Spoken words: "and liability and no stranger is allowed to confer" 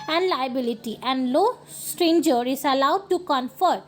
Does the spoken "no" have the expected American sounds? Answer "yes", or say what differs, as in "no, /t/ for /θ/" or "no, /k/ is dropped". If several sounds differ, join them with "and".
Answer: no, /l/ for /n/